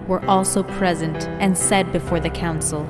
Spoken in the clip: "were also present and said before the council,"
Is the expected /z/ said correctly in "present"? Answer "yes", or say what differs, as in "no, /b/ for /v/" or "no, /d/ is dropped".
yes